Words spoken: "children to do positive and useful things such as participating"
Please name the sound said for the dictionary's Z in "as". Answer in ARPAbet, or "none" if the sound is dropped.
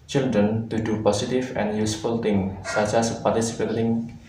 S